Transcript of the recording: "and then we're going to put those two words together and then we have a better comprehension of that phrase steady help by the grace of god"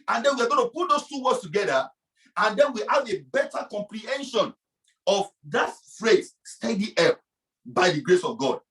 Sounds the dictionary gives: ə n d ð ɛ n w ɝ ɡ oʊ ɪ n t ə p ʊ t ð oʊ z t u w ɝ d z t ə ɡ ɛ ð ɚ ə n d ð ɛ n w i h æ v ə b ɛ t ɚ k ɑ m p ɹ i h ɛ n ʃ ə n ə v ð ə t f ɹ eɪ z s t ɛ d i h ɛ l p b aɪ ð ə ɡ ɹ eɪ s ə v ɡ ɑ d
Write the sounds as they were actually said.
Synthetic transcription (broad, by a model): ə n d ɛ n w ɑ ɡ oʊ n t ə p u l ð oʊ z t u w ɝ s t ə ɡ ɛ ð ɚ ə n d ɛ n w i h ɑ v ə b ɛ t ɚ k ɑ m p ɹ i h ɛ n ʃ ə n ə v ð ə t f ɹ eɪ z s t ɛ d i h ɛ p b aɪ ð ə ɡ ɹ eɪ s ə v ɡ ɑ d